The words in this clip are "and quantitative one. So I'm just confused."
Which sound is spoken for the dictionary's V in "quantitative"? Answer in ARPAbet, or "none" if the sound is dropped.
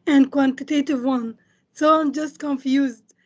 V